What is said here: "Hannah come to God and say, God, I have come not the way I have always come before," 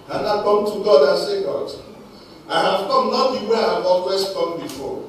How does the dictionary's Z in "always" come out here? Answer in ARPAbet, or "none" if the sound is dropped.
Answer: S